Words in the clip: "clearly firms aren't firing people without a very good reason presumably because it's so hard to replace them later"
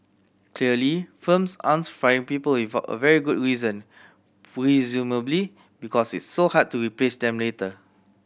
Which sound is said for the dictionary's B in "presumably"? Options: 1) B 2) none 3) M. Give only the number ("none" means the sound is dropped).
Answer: 1